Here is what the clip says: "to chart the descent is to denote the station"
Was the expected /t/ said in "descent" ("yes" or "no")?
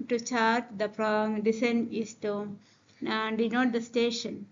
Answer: no